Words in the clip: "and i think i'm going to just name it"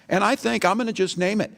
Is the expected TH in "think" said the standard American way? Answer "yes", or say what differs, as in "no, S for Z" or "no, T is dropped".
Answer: yes